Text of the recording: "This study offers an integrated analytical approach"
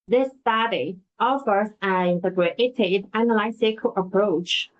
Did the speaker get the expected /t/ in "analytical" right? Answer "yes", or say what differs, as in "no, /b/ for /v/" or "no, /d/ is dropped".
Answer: no, /s/ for /t/